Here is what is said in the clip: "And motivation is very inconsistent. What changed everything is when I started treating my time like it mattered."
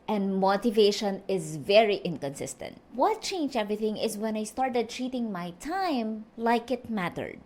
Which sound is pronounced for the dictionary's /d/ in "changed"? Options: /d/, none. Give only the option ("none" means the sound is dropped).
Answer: none